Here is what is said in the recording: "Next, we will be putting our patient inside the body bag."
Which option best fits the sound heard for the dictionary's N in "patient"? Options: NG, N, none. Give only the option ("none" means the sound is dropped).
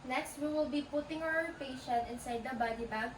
none